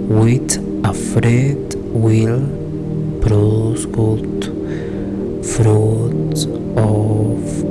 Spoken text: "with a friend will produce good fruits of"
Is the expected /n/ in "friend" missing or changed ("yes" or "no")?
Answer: yes